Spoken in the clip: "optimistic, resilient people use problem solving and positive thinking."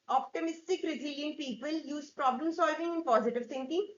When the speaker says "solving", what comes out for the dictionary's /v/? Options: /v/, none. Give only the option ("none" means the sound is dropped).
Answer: /v/